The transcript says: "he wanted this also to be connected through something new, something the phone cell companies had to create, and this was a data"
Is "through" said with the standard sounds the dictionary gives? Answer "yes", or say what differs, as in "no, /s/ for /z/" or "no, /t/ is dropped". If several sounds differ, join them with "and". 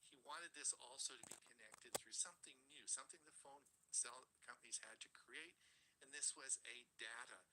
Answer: yes